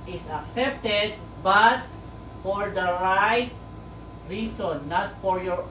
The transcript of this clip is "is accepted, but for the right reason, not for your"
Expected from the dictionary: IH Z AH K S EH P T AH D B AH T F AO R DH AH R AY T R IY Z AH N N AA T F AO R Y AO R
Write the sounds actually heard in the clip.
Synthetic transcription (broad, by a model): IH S AH K S EH P T AH D B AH T F AO R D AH R AY T R IY S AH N N AA T F AO R Y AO R